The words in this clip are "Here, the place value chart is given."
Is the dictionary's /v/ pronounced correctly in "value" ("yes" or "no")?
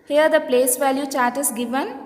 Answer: yes